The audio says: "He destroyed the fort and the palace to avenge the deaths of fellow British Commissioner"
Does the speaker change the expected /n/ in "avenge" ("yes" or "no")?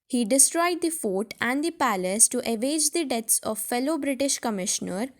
yes